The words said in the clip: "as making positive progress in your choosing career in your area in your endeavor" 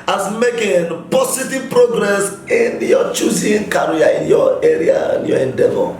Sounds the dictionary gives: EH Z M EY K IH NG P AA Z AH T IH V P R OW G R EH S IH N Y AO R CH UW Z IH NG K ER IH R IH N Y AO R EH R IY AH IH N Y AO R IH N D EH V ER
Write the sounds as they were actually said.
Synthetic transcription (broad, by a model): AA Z M EY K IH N P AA S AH T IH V P R OW G R EH S IH N Y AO CH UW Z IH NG K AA R IH N Y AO EH R IY AH IH N Y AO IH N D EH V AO